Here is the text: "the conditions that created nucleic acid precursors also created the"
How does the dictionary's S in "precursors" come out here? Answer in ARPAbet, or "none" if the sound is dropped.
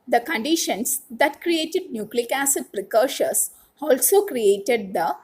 SH